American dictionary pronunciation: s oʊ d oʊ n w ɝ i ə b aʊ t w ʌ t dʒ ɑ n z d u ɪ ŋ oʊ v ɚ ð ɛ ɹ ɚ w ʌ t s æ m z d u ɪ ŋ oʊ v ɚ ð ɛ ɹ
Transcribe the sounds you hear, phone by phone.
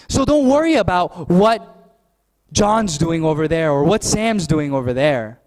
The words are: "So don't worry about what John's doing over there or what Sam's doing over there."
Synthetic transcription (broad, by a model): s oʊ d oʊ n w ɝ i ə b aʊ t w ʌ t dʒ ɑ n z d u ɪ ŋ oʊ v ɚ ð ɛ ɹ ɚ w ʌ t s æ m z d u ɪ ŋ oʊ v ɚ ð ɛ ɹ